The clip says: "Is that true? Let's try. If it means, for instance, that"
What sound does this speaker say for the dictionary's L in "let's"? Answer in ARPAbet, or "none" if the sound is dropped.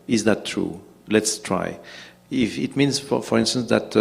L